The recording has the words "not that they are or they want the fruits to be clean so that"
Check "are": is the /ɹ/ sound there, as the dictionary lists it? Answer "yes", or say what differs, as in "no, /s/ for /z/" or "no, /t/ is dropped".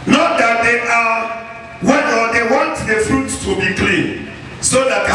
no, /w/ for /ɹ/